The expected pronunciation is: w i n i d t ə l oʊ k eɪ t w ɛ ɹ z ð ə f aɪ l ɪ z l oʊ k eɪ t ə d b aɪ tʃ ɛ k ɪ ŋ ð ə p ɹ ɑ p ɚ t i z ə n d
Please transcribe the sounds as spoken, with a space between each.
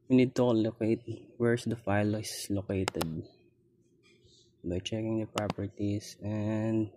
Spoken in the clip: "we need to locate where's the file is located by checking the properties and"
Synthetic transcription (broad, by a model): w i n i d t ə l oʊ k eɪ t w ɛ ɹ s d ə f aɪ l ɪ s l oʊ k eɪ t ə d b aɪ tʃ ɛ k ɪ ŋ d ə p ɹ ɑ p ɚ t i s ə n d